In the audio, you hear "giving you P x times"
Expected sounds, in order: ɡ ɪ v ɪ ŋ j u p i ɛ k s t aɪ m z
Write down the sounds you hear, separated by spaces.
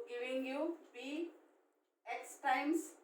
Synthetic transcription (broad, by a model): ɡ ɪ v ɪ ŋ j u b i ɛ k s t aɪ m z